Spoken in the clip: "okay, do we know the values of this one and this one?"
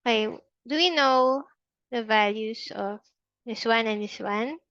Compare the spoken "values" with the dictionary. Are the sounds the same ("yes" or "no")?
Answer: no